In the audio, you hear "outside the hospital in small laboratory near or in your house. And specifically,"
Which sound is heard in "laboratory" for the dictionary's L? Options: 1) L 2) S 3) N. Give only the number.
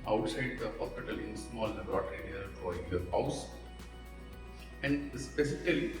3